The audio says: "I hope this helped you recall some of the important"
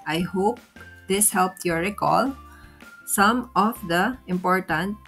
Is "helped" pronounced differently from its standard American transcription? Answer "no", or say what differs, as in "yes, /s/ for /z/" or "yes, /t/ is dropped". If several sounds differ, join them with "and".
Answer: no